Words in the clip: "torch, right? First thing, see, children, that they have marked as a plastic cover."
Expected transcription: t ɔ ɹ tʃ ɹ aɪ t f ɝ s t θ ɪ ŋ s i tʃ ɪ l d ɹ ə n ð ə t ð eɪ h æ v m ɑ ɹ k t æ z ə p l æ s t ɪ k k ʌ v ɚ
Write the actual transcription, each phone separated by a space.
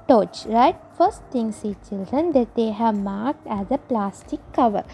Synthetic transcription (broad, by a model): t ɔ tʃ ɹ aɪ t f ɝ s t t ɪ ŋ s i tʃ ɪ l d ɹ ə n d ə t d eɪ h æ v m ɑ ɹ k t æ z ə p l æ s t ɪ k k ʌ v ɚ